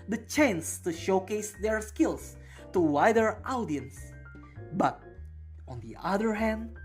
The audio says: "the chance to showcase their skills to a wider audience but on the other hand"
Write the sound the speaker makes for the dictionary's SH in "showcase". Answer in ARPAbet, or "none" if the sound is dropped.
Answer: SH